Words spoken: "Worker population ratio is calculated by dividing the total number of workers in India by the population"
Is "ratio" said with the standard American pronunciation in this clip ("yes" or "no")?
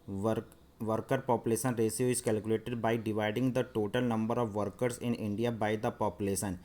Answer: no